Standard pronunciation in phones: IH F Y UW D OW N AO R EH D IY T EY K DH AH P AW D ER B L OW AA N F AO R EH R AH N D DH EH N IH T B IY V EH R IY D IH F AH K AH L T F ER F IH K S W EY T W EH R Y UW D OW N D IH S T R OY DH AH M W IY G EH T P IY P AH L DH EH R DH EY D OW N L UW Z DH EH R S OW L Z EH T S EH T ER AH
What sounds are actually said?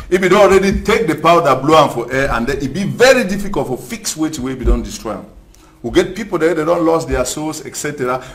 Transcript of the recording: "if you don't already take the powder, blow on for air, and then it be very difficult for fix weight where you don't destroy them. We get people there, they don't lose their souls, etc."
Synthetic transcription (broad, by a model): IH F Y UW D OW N AO R EH D IY T EY K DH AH P AW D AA B L OW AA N F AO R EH AH N D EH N IH T B IY V EH R IY D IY F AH K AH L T F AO F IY K S W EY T W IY W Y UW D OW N D IH S T R OY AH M W IY G EH T P IY P AH L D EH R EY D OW N L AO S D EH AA S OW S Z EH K S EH T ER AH